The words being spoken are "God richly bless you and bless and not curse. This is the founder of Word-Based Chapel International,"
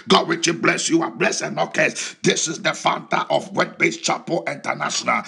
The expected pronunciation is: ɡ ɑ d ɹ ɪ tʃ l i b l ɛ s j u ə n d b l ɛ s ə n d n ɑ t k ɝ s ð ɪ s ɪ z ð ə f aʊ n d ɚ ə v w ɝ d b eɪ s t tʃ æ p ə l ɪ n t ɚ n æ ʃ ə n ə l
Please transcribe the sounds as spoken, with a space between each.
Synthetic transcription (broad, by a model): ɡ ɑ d w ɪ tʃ i b l ɛ s j u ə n b l ɛ s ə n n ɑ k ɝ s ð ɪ s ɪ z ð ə f aʊ n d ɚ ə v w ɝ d b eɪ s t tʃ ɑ p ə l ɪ n t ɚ n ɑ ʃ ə n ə l